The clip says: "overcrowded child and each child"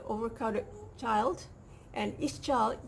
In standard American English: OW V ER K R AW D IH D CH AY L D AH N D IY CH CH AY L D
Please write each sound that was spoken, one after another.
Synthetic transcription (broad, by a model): OW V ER K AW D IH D CH AY L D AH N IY S CH AY L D